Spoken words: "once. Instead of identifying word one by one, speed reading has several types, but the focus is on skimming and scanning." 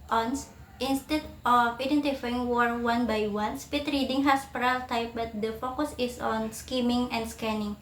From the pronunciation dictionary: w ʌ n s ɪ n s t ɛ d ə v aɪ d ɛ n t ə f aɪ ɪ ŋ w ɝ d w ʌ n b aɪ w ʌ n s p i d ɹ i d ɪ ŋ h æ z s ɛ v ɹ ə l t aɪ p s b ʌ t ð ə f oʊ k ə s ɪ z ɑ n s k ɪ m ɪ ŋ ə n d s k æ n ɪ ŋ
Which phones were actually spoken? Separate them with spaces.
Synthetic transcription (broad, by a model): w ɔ n s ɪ n s t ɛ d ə f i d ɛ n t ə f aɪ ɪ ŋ w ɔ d w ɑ n b aɪ w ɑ n s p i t ɹ i d ɪ ŋ h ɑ s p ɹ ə l t aɪ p b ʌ t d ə f oʊ k ə s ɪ s ɑ n s k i m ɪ ŋ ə n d s k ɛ n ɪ ŋ